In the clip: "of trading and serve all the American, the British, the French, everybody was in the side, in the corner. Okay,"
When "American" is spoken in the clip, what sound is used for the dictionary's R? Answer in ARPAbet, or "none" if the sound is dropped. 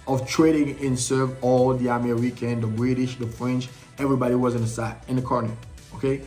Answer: W